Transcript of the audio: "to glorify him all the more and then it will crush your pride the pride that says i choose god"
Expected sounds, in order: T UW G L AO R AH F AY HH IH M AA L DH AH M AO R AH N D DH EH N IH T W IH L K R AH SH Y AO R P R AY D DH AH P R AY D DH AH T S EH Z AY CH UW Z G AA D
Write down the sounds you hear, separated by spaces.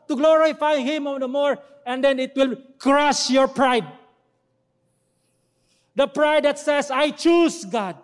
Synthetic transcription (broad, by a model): T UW G L AO R AH F AY HH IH M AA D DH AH M AO R AH N D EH N IH T W IH L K R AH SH Y AO R P R AY D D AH P R AY D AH T S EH S AY CH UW S G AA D